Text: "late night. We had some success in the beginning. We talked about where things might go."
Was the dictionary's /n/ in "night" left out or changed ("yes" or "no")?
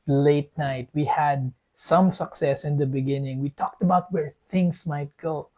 no